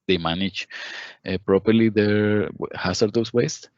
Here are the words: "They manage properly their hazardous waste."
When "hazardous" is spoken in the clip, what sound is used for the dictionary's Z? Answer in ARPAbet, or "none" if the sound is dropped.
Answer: S